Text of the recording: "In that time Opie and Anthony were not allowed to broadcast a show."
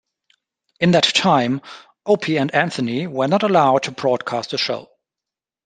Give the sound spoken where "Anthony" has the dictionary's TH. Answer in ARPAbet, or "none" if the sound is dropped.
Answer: TH